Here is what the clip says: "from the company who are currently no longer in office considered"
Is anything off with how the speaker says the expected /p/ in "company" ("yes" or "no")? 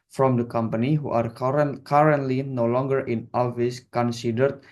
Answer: no